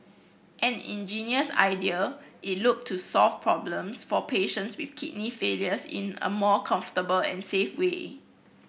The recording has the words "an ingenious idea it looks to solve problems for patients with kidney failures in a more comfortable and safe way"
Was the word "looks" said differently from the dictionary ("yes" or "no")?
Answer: yes